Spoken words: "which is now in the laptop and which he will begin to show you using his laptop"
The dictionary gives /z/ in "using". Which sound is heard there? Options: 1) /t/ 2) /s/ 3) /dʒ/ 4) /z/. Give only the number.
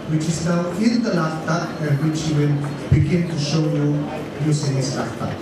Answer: 2